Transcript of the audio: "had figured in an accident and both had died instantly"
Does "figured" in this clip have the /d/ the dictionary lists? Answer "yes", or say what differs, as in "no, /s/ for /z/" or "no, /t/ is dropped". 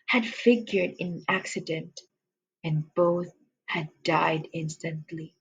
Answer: yes